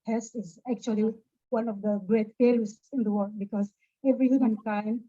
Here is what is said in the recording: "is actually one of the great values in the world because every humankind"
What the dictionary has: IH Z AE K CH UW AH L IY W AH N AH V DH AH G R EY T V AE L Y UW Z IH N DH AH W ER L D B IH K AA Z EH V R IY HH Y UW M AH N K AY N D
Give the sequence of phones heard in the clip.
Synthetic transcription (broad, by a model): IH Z AE K CH UW AH L IY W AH N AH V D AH G R EY T F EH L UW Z IH N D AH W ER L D B IH K AA Z EH V R IY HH Y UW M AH N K AY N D